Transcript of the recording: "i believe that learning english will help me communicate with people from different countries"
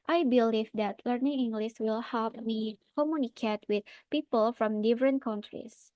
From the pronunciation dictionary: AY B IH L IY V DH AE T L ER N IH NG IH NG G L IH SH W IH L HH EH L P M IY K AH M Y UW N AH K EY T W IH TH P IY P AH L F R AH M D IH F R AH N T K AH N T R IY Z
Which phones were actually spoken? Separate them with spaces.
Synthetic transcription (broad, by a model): AY B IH L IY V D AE T L ER N IH NG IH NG G L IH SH W IH L HH EH L P M IY K AH M Y UW N AH K EY T W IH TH P IY P AH L F R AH M D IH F R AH N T K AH N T R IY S